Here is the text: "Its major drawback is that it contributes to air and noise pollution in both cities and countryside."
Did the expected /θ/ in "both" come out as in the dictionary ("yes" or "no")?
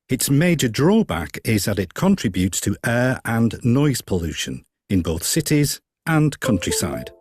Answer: yes